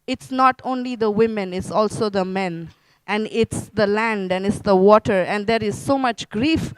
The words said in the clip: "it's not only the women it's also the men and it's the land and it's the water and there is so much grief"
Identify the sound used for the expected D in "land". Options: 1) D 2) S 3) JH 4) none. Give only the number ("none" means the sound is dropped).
1